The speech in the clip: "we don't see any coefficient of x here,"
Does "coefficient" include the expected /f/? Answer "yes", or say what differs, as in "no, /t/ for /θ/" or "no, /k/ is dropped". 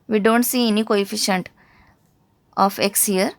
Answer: yes